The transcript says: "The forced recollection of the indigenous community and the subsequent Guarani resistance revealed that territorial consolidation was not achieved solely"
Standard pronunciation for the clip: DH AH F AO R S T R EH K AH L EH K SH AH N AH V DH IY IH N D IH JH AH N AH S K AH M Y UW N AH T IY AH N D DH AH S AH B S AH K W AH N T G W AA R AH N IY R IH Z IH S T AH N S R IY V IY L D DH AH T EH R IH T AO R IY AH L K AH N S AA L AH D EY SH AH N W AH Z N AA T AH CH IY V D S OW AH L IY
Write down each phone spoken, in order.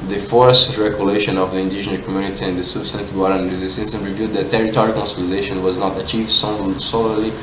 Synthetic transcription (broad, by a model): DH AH F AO R S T R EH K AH L EH SH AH N AH V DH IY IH N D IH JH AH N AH K AH M Y UW N AH T IY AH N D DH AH S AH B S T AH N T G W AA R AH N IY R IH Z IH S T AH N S R IY V IY L D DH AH T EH R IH T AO R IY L K AH N S AA L AH D EY SH AH N W AH Z N AA T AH CH IY V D S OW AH L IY